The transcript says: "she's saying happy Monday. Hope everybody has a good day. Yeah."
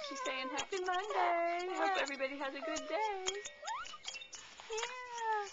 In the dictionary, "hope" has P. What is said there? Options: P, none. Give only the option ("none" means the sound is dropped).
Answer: none